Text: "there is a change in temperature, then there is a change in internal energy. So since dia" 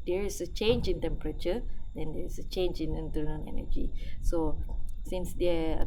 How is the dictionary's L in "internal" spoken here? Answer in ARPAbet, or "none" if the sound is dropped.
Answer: N